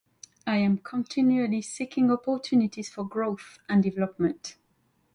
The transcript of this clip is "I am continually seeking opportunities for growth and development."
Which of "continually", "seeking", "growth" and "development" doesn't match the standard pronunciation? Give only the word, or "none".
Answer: none